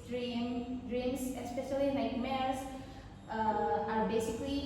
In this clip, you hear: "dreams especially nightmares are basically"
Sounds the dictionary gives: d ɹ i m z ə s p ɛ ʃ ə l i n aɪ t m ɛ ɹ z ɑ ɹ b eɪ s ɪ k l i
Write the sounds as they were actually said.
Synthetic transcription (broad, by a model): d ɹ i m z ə s p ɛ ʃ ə l i l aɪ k m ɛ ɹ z ɑ ɹ b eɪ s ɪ k l i